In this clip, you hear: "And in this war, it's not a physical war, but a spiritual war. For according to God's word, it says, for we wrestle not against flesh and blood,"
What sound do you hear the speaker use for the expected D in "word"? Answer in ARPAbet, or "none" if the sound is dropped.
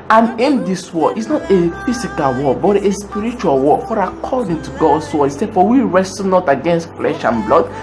none